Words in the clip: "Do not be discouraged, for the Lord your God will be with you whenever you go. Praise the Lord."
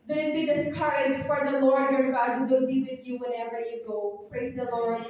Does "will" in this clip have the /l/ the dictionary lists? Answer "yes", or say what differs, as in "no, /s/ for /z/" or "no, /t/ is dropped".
no, /w/ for /l/